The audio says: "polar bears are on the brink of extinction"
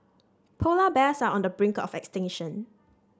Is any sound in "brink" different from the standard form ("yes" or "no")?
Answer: no